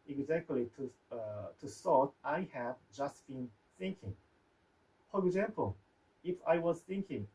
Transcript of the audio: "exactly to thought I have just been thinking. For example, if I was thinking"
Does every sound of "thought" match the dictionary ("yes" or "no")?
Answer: no